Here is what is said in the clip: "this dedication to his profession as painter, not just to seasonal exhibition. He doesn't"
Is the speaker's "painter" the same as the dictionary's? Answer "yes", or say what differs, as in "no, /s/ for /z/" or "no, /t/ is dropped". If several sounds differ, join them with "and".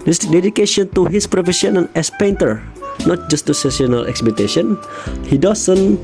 yes